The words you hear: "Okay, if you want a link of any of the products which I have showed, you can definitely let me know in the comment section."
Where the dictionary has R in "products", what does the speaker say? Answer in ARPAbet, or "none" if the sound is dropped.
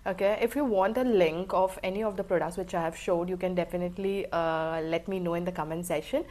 R